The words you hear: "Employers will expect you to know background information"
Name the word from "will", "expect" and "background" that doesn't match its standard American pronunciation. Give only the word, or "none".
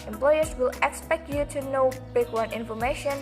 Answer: background